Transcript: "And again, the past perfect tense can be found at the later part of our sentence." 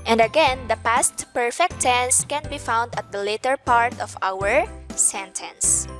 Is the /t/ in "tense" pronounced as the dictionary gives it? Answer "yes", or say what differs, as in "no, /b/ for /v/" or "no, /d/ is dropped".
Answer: yes